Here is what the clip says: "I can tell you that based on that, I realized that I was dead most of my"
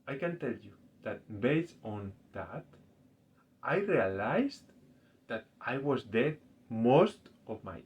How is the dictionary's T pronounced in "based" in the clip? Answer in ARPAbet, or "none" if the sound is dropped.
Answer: none